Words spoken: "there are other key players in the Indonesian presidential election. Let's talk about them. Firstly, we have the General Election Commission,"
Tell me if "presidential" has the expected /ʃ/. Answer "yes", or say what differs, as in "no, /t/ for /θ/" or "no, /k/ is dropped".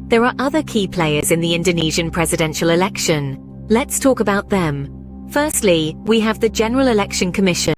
yes